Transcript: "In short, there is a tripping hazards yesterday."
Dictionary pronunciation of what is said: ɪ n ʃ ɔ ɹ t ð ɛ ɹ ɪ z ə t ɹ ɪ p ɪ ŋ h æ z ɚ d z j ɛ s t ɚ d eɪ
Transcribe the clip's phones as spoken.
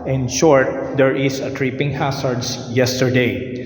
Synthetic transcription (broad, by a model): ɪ n ʃ ɔ ɹ t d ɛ ɹ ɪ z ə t ɹ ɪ p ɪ ŋ h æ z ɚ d s j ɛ s t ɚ d eɪ